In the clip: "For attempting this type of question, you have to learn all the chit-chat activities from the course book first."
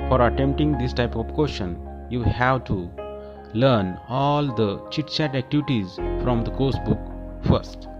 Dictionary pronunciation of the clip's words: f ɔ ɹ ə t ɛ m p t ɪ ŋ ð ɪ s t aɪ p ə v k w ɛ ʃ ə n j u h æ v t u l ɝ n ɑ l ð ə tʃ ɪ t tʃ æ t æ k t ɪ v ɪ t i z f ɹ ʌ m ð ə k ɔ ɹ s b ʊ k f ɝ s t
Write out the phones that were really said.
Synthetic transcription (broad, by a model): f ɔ ɹ ə t ɛ m p t ɪ ŋ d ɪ s t aɪ p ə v k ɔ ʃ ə n j u h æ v t u l ɝ n ɑ l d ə tʃ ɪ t tʃ æ t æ k t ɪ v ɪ t i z f ɹ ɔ m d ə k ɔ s b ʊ k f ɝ s t